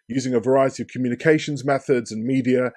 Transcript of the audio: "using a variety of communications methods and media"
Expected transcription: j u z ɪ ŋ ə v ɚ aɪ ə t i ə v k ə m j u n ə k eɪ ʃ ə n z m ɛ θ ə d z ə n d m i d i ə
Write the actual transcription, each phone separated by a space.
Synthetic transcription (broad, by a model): j u z ɪ ŋ ə v ɚ aɪ ə t i ə v k ə m j u n ə k eɪ ʃ ə n z m ɛ θ ə d z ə n m i d i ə